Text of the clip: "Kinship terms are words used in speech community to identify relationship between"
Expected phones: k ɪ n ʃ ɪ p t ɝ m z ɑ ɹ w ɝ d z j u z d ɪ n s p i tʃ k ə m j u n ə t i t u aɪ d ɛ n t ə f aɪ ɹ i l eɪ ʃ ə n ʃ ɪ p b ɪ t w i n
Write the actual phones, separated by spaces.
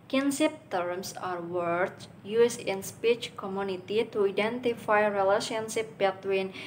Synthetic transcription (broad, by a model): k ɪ n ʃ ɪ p t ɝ m s ɑ ɹ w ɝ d j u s ɪ n s p i tʃ k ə m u n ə t i t u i d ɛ n t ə f aɪ ɹ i l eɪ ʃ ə n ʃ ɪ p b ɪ t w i n